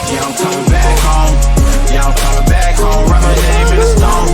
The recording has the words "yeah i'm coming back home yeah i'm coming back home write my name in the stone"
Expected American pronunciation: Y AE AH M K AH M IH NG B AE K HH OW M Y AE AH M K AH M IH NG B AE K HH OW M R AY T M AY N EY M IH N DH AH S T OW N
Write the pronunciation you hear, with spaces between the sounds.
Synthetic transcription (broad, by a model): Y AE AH K AH M IH NG B AE K HH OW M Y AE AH K AH M IH NG B AE K HH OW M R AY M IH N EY IH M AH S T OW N